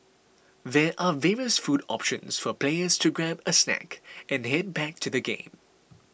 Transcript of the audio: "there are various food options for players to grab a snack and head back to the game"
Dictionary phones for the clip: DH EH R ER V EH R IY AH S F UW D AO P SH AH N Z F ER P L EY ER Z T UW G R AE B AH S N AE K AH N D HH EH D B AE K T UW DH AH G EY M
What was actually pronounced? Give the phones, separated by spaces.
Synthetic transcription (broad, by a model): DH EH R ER V EH R IY AH S F UW D AO P SH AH N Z F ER P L EY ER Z T UW G R AE B AH S N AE K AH N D HH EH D B AE K T UW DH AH G EY M